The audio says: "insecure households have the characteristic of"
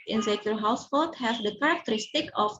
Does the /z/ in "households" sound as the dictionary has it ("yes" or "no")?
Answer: no